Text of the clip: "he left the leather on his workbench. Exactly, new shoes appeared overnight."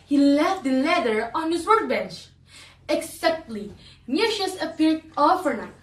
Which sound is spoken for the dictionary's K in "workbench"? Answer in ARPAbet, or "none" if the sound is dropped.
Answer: none